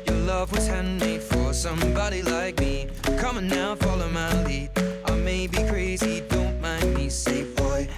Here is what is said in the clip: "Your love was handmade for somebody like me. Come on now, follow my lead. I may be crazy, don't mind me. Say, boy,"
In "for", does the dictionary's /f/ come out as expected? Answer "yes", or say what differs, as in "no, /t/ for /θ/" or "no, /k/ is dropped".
yes